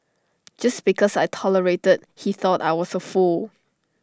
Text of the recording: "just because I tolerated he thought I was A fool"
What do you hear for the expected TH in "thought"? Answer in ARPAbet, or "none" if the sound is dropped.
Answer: TH